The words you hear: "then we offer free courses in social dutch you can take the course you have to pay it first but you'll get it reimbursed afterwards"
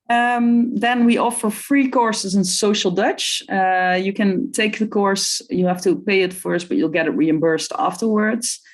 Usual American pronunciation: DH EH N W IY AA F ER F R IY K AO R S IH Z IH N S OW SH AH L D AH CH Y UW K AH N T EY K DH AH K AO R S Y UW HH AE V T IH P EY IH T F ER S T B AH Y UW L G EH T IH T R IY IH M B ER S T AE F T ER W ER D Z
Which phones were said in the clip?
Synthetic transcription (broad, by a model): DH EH N W IY AA F ER F R IY K AO R S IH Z IH N S OW SH L D AH CH Y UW K AH N T EY K DH AH K AO R S Y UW HH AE F T IH P EY IH T F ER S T B AH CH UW L G EH T IH T R IY IH M B ER S T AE F T ER W ER D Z